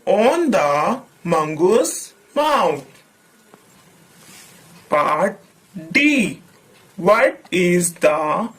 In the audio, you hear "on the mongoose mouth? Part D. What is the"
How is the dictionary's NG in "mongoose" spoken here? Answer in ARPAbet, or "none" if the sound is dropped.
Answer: NG